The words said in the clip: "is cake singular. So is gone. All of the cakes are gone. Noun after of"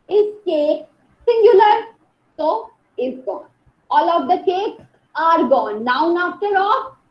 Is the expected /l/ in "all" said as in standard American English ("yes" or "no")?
yes